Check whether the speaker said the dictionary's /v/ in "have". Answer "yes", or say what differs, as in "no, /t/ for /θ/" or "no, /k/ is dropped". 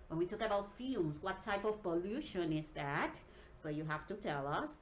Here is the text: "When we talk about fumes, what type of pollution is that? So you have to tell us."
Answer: no, /f/ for /v/